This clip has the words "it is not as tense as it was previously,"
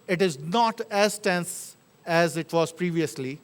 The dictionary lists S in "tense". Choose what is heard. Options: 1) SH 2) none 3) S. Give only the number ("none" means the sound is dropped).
3